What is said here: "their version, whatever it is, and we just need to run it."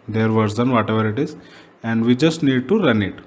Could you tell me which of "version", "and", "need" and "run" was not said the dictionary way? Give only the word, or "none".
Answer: version